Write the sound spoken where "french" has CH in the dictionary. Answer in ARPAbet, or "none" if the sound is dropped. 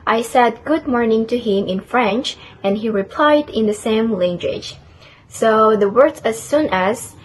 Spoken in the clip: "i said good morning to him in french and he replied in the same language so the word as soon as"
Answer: CH